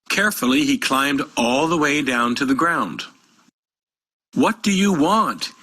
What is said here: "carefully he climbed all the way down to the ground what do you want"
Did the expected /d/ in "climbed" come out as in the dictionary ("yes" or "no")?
yes